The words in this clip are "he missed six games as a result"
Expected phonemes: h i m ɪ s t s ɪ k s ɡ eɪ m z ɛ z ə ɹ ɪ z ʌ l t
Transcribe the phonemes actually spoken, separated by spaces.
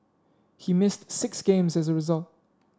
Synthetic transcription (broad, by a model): h i m ɪ s t s ɪ k s ɡ eɪ m z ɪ z ə ɹ ɪ z ʌ l t